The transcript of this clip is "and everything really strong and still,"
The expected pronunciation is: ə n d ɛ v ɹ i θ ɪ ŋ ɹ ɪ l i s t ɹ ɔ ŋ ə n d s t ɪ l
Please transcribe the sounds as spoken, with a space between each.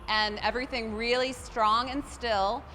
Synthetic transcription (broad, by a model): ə n ɛ v ɹ i θ ɪ ŋ ɹ ɪ l i s t ɹ ɔ ŋ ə n s t ɪ l